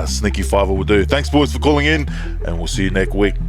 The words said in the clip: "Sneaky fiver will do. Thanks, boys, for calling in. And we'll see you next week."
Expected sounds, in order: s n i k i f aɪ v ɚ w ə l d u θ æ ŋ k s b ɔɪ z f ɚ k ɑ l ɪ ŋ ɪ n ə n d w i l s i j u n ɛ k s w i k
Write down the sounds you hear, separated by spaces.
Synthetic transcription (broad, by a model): s n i k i f aɪ v ɚ w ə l d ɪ θ æ ŋ k s b ɔɪ z f ɚ k ɑ l ɪ ŋ ɪ n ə n w i l s i j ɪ n ɛ k s w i k